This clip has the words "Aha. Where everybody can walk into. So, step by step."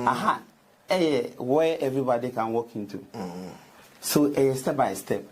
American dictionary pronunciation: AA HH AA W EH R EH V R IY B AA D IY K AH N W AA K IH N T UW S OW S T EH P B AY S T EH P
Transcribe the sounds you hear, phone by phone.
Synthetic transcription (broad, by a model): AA HH AA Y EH W EH V R IY B AA D IY K AH N W AA K IH N T UW S OW S T EH P B AY S T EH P